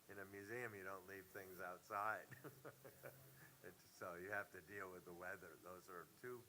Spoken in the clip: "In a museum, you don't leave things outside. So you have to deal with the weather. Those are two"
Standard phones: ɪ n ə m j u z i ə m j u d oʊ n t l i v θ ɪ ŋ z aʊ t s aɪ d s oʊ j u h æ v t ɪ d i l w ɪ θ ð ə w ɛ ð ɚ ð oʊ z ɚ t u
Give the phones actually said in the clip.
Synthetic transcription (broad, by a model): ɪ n ə m j u z i ə m j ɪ d oʊ n t l i v θ ɪ ŋ z aʊ t s aɪ d s oʊ j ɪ h æ f t ɪ d i l w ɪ ð ə w ɛ ð ɚ ð oʊ z ɚ t u